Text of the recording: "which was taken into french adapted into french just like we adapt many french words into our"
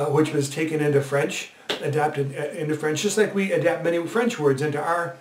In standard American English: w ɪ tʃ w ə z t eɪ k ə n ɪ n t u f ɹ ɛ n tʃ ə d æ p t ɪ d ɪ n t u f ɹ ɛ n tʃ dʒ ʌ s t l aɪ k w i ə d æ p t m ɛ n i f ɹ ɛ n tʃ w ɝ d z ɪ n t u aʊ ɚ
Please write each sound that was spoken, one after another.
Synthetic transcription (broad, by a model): w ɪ tʃ w ə z t eɪ k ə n ɪ n t u f ɹ ɛ n tʃ ə d æ p t ɪ d ɪ n t u f ɹ ɛ n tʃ dʒ ʌ s t l aɪ k w i ə d æ p t m ɛ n i f ɹ ɛ n tʃ w ɝ d z ɪ n t u aʊ ɚ